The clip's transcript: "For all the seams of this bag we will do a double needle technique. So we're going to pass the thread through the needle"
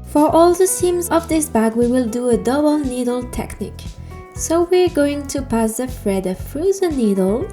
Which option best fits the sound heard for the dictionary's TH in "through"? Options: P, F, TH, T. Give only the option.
F